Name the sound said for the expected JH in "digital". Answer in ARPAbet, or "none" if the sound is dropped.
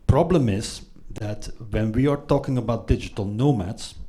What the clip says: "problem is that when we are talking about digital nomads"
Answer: JH